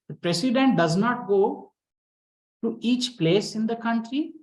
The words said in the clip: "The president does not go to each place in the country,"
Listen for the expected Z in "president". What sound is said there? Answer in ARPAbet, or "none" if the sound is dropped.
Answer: S